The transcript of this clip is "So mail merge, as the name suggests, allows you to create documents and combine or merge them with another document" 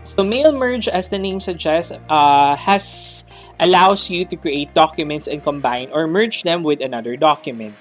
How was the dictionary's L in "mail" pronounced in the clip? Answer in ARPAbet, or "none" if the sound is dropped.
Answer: L